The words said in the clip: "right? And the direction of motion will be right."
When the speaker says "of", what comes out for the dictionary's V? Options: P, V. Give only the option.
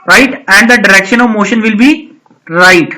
V